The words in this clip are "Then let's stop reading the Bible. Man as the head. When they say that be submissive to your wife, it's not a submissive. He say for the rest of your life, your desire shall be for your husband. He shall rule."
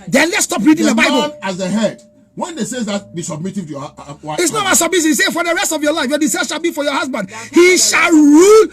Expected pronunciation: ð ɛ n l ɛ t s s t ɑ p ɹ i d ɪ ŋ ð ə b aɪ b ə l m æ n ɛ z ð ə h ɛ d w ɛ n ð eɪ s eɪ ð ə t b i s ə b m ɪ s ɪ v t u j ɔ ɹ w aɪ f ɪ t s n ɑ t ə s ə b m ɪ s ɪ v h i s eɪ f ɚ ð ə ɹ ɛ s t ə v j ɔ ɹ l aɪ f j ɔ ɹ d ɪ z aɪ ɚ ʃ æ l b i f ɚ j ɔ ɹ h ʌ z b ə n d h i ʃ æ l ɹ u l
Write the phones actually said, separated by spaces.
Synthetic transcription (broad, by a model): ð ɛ n l ɛ t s s t ɑ p ɹ i d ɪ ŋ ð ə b aɪ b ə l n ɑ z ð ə h ɛ d w ɛ n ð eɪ s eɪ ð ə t b i s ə b m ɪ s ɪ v t u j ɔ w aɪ ɪ t s n ɑ t ə s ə b m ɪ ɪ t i s eɪ f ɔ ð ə ɹ ɛ s t ə v j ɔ l aɪ f j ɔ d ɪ s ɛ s ʃ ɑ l b i f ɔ j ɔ h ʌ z b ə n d h i ʃ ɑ l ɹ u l